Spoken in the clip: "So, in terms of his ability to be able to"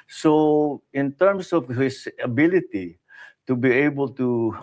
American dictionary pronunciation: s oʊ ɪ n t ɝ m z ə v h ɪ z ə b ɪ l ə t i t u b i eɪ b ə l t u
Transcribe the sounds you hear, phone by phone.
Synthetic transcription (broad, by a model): s oʊ ɪ n t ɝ m s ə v h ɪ s ə b ɪ l ə t i t u b i eɪ b ə l t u